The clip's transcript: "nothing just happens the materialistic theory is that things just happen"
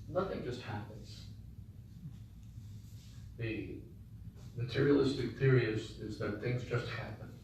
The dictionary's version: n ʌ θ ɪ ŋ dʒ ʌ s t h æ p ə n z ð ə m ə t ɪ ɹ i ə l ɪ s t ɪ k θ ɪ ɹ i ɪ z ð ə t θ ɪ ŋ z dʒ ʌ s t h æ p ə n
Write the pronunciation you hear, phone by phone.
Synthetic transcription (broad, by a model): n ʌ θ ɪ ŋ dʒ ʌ s t h æ p ə n z ð ə m ə t ɪ ɹ i ə l ɪ s t ɪ k θ ɪ ɹ i ɪ z ð ə t θ ɪ ŋ z dʒ ʌ s t h æ p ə n